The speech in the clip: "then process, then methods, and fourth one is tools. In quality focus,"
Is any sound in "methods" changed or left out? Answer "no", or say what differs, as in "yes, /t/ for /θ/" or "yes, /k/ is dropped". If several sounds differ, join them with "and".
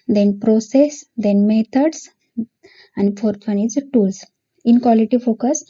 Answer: yes, /t/ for /θ/ and /s/ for /z/